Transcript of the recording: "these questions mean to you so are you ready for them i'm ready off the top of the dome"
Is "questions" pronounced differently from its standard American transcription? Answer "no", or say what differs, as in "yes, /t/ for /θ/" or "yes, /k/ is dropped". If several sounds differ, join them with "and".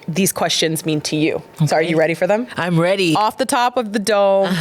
no